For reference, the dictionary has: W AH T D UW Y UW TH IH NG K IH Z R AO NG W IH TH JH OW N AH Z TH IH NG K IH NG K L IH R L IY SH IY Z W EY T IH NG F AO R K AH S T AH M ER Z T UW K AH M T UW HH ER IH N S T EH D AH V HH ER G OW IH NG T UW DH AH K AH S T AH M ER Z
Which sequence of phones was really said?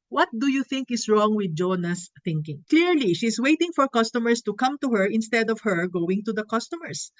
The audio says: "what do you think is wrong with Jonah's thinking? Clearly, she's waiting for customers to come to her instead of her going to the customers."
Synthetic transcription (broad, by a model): W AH T D UW Y UW TH IH NG K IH S R AO NG W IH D JH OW N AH S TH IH NG K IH NG K L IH R L IY SH IY S W EY T IH NG F AO R K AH S T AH M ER S T UW K AH M T UW HH ER IH N S T EH D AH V HH ER G OW IH NG T UW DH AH K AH S T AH M ER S